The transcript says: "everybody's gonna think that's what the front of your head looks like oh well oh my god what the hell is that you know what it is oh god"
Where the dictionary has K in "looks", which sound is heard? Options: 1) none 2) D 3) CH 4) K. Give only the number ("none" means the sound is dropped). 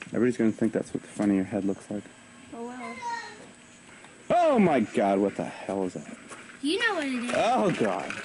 4